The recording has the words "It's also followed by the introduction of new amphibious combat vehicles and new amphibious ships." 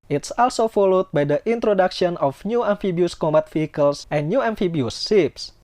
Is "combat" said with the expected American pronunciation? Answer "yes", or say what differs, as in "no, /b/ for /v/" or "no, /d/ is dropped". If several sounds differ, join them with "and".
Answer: no, /b/ is dropped